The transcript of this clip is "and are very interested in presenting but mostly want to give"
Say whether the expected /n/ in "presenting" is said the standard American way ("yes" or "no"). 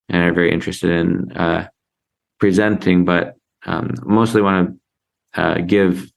yes